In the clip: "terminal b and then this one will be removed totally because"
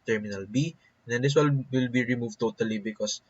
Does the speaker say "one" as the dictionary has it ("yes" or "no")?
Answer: no